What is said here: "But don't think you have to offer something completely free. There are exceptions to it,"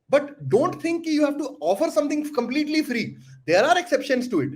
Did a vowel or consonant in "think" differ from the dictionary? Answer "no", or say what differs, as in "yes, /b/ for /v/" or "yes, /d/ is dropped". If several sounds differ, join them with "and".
yes, /t/ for /θ/